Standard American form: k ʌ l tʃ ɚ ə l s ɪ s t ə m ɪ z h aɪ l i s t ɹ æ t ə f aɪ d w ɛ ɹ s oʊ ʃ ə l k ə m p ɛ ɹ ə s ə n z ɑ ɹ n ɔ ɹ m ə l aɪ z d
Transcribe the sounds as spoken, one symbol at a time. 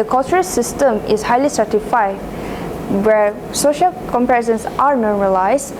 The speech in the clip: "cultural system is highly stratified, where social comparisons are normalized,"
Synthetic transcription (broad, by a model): k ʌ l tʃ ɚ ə s ɪ s t ə m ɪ s h aɪ l i s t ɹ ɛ t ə f aɪ w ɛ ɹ s oʊ ʃ ə l k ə m p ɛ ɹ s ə n s ɑ ɹ n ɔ ɹ m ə l aɪ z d